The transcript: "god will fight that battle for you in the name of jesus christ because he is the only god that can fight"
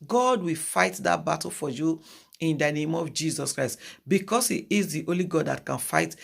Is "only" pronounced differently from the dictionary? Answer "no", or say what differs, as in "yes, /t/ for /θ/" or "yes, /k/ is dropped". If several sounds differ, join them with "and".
yes, /n/ is dropped